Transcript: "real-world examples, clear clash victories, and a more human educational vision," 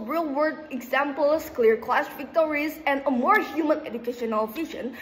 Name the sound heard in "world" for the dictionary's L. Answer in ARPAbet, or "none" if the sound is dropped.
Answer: none